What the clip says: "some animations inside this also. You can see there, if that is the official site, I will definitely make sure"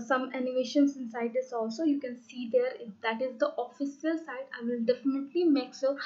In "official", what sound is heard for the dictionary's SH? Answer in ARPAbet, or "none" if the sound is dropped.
S